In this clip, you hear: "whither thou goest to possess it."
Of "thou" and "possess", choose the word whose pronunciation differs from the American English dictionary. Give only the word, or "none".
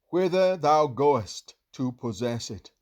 none